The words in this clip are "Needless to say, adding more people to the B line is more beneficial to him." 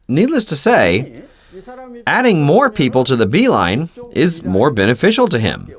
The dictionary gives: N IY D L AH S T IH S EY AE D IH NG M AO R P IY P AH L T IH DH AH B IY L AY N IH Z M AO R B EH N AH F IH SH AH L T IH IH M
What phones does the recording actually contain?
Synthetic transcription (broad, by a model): N IY D L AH S T IH S EY AE D IH NG M AO R P IY P L T IH DH AH B IY L AY N IH Z M AO R B EH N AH F IH SH L T IH IH M